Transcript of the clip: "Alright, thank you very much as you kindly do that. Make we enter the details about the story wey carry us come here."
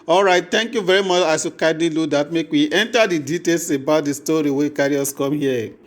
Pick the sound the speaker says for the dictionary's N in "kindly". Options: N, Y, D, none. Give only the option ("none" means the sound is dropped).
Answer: none